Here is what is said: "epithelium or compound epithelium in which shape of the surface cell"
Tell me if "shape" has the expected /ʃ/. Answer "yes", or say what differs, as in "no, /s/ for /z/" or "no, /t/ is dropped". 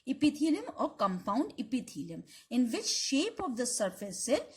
yes